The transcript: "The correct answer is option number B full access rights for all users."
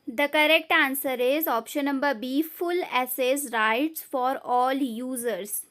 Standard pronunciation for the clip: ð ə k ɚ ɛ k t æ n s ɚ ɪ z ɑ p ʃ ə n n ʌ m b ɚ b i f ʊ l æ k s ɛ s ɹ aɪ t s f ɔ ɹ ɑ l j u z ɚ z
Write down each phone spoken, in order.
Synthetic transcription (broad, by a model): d ə k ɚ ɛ k t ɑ n s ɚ ɪ z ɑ p ʃ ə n n ʌ m b ɚ b i f ʊ l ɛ s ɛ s ɹ aɪ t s f ɔ ɹ ɑ l j u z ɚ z